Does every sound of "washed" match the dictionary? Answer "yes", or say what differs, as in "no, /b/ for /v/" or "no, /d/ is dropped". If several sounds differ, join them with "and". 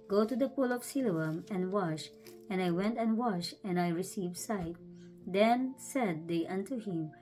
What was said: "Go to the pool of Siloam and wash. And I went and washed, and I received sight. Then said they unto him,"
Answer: no, /t/ is dropped